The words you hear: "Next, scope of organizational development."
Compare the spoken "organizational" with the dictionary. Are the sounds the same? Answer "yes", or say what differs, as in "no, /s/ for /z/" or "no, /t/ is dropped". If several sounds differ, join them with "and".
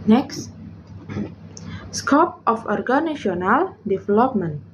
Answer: no, /ʃ/ is dropped